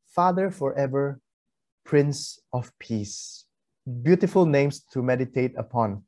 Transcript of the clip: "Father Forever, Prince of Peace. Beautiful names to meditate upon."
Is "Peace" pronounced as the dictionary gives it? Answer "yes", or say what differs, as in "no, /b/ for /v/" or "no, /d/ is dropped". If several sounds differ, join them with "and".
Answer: yes